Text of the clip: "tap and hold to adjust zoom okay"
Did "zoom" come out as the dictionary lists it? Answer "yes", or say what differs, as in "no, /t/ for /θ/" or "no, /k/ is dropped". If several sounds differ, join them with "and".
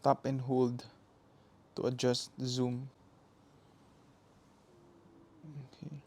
yes